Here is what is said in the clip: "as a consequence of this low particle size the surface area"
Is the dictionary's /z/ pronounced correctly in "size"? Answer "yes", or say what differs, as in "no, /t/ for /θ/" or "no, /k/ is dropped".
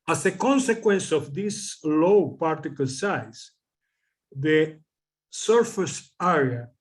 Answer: no, /s/ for /z/